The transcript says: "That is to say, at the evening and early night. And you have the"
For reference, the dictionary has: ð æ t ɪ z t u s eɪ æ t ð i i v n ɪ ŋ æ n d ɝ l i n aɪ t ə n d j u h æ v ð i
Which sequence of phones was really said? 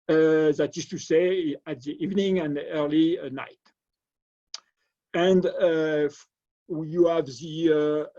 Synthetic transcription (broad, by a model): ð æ t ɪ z t u s eɪ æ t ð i i v n ɪ ŋ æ n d ɝ l i n aɪ t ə n d j u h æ v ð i